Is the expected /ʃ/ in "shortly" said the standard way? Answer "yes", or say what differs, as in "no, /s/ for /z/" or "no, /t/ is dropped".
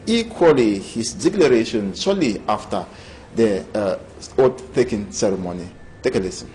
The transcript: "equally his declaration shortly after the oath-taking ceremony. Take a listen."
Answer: no, /s/ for /ʃ/